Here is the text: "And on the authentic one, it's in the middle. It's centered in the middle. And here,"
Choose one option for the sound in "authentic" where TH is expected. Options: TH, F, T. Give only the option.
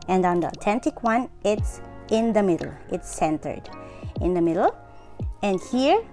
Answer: T